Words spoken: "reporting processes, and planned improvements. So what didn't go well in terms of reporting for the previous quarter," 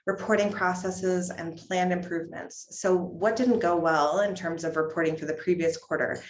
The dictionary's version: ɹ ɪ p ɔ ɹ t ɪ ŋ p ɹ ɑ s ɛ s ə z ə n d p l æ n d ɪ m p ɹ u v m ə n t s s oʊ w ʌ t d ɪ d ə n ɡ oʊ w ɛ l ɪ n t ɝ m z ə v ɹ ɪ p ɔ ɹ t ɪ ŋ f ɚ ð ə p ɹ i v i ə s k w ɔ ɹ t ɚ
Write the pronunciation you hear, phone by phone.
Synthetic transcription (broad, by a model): ɹ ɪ p ɔ ɹ t ɪ ŋ p ɹ ɑ s ɛ s ə z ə n p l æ n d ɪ m p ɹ u v m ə n t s s oʊ w ʌ t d ɪ d n ɡ oʊ w ɛ l ɪ n t ɝ m z ə v ɹ ɪ p ɔ ɹ t ɪ ŋ f ɚ ð ə p ɹ i v i ə s k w ɔ ɹ t ɚ